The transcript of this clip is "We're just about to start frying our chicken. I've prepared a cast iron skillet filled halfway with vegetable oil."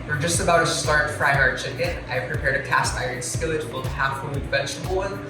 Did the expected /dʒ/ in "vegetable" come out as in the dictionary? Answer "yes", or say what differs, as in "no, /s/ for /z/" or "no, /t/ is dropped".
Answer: no, /tʃ/ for /dʒ/